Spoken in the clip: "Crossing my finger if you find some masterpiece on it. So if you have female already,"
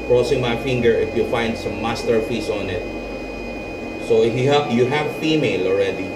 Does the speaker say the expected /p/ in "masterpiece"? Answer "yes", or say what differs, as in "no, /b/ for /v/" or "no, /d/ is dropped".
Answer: no, /f/ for /p/